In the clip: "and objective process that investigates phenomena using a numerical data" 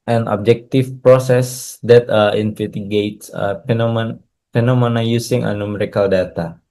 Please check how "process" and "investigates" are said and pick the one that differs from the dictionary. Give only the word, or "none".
investigates